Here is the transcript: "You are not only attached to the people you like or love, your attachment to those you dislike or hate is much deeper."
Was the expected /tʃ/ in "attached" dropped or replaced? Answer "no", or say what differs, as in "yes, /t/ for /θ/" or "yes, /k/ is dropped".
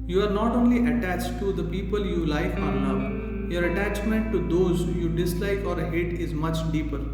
no